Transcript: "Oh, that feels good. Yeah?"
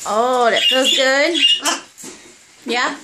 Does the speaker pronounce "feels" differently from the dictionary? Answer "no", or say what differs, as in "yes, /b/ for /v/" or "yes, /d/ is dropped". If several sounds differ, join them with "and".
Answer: yes, /l/ is dropped